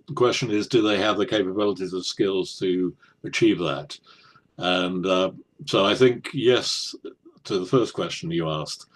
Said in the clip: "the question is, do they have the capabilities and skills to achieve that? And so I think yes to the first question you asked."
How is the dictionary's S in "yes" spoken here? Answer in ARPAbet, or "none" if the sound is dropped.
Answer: S